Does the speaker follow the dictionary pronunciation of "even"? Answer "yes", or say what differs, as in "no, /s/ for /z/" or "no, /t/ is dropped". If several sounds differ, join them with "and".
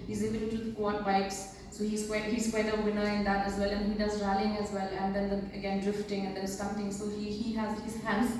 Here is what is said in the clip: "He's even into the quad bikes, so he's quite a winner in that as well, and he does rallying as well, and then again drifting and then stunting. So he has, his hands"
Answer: no, /n/ is dropped